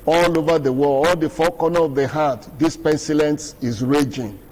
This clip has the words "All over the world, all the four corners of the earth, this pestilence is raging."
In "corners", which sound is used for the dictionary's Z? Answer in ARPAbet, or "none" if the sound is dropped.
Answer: none